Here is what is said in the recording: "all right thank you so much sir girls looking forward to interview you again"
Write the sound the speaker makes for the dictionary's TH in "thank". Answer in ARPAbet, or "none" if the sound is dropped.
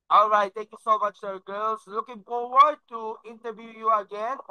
T